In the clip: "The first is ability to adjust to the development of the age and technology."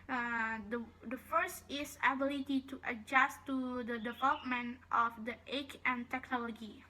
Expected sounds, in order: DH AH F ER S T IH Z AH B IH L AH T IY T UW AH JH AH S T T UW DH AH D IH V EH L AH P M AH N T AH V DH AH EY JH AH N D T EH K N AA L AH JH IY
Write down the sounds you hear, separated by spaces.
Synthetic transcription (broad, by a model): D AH F ER S T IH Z AH B IH L AH T IY T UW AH JH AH S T T UW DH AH D IH V EH L AH P M AH N T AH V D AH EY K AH N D T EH K N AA L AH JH IY